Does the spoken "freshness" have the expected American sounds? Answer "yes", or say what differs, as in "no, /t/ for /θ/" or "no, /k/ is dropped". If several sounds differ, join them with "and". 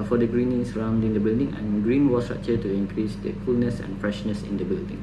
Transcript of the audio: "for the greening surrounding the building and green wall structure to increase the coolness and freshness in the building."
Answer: yes